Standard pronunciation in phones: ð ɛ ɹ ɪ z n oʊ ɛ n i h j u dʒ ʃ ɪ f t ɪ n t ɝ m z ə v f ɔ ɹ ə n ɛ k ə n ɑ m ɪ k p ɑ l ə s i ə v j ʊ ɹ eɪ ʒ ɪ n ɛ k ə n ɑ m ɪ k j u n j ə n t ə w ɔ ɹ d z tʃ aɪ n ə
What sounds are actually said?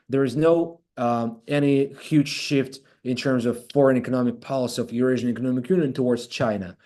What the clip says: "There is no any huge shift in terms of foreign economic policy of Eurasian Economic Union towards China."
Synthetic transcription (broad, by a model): ð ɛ ɹ ɪ z n oʊ ɛ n i h j u dʒ ʃ ɪ f t ɪ n t ɝ m z ə v f ɔ ɹ ə n ɛ k ə n ɑ m ɪ k p ɑ l ə s i ə v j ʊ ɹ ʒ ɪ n ɛ k ə n ɑ m ɪ k j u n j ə n t ə w ɔ ɹ d z tʃ aɪ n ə